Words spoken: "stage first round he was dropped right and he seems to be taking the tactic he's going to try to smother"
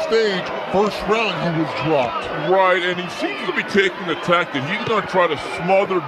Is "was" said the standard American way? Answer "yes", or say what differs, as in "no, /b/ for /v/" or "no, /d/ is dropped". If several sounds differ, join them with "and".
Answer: yes